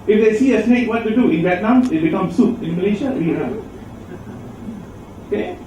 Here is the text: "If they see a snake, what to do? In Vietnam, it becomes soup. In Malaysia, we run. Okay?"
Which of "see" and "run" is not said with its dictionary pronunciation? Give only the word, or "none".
run